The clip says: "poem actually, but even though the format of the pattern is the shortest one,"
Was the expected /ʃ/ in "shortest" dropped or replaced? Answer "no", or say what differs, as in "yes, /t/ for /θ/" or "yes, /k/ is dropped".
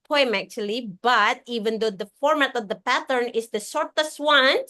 yes, /s/ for /ʃ/